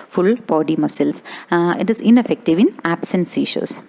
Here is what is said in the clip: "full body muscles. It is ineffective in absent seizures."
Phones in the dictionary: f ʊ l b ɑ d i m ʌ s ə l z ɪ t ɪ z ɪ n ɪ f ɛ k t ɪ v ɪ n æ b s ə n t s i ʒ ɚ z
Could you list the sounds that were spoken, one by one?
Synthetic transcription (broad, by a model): f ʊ l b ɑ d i m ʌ s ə l s ɪ t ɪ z ɪ n ɪ f ɛ k t ɪ v ɪ n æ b s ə n s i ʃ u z